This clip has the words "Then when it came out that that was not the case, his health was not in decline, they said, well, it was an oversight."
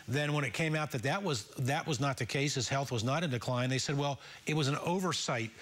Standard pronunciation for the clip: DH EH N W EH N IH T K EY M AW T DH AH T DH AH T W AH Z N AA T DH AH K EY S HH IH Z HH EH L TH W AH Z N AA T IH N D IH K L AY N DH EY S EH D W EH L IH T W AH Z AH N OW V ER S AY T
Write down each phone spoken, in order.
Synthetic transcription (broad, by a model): DH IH N W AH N IH T K EY M AW T DH AH T DH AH T W AH Z N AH T DH AH K EY S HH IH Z HH EH L TH W AH Z N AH T IH N D IH K L AY N DH EY S EH D W EH L IH T W AH Z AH N OW V ER S AY T